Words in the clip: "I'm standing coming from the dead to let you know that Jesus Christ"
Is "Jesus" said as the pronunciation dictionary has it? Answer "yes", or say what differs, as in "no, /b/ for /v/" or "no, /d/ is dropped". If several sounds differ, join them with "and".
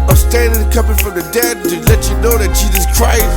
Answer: yes